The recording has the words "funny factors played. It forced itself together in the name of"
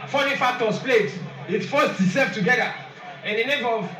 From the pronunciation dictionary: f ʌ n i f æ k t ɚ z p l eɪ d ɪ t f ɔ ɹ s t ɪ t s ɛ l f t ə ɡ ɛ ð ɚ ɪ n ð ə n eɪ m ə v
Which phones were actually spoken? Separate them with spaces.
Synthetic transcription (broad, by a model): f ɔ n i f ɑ t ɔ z p l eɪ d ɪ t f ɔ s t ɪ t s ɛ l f t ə ɡ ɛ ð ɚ ɪ n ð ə n eɪ m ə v